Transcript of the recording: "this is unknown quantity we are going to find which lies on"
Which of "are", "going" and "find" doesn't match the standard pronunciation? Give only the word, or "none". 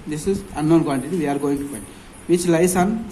find